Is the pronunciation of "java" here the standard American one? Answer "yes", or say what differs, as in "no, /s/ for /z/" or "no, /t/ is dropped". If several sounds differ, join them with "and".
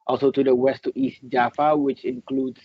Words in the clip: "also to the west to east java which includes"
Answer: no, /f/ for /v/